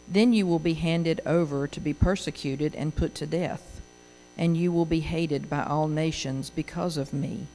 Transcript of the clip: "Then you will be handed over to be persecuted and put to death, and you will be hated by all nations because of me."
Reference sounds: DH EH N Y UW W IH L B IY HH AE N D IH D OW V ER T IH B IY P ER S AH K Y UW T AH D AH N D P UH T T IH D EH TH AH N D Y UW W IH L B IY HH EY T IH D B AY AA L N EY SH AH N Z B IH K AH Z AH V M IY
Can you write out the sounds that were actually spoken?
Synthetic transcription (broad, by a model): DH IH N Y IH W IH L B IY HH AE N D IH D OW V ER T IH B IY P ER S AH K Y UW T AH D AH N P UH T T IH D EH TH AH N Y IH W IH L B IY HH EY T IH D B AY AA L N EY SH AH N Z B IH K AH Z AH V M IY